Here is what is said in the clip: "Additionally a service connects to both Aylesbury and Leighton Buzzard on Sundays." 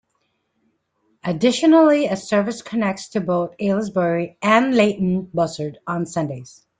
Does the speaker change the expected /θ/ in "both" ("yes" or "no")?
no